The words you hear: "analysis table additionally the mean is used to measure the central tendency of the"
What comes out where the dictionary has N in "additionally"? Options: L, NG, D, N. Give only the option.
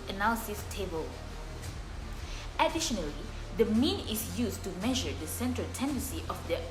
N